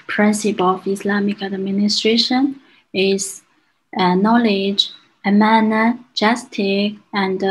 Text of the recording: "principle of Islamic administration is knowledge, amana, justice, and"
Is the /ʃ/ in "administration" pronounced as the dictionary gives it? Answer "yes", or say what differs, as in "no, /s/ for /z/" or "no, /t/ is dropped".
yes